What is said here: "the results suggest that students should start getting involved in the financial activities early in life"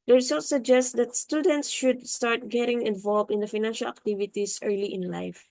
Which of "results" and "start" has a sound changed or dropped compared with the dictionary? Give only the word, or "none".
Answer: results